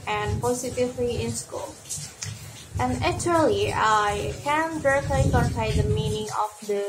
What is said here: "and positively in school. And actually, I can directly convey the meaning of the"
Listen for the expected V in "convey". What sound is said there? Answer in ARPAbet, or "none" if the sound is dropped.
P